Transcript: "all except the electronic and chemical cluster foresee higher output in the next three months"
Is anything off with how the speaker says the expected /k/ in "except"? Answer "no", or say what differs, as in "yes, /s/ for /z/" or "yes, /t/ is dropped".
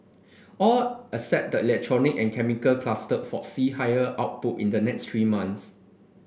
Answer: yes, /k/ is dropped